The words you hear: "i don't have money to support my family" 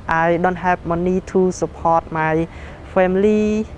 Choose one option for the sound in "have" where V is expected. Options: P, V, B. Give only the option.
P